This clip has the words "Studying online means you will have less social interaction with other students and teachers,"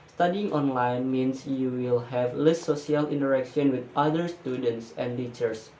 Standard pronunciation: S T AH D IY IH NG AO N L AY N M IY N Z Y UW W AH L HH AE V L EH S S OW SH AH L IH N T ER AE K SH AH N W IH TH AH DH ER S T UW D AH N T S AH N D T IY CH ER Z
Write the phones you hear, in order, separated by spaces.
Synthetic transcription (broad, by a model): S T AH D IY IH NG AO N L AY N M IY N S Y UW W AH L HH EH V L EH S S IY AH L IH N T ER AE K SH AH N W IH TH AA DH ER S T UW D AH N T S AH N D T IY CH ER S